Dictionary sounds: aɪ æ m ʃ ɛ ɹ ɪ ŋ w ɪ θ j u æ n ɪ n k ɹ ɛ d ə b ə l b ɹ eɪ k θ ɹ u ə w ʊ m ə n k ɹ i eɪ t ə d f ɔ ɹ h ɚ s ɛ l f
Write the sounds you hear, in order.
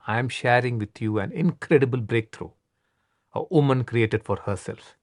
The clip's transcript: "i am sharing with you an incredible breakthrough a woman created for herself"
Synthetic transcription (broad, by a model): aɪ m ʃ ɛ ɹ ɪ ŋ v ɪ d j u æ n ɪ n k ɹ ɛ d ə b ə l b ɹ eɪ k t ɹ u ə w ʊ m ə n k ɹ i eɪ t ə d f ɔ ɹ h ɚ s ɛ l f